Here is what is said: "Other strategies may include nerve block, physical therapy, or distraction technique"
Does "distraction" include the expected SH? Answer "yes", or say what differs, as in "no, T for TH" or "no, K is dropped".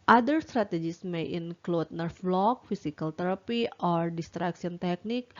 no, S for SH